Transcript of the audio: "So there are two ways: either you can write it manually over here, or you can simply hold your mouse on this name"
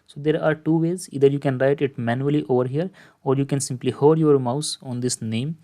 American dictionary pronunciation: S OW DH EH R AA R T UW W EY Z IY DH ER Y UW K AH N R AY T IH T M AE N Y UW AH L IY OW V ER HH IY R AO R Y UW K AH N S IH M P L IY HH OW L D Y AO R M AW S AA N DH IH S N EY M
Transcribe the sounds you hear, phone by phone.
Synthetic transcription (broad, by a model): S OW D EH R AA R T UW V EY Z IY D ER Y UW K AH N R AY T IH T M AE N Y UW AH L IY OW V ER HH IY R AO R Y UW K AH N S IH M P L IY HH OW D Y AO R M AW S AA N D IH S N EY M